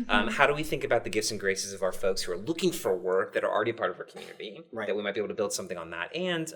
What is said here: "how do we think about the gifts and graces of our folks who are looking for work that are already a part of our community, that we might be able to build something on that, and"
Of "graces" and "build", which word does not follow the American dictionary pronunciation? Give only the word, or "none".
none